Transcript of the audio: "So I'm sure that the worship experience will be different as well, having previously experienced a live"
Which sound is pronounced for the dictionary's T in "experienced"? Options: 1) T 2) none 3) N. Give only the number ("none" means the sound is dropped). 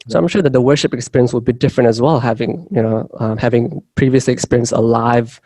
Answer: 2